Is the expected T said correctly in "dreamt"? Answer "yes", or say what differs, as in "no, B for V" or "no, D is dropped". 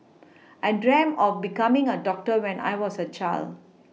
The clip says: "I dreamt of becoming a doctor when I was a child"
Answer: no, T is dropped